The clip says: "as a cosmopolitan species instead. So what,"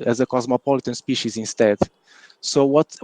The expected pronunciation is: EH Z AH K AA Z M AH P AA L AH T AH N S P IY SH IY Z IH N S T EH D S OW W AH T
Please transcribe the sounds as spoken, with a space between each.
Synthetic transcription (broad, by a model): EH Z AH K AA Z M AH P AA L AH T AH N S P IY SH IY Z IH N S T EH D S OW W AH T